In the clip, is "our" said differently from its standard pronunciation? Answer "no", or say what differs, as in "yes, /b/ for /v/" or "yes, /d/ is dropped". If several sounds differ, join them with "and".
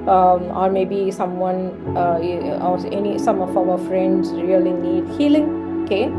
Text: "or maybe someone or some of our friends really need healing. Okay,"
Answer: yes, /w/ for /ɹ/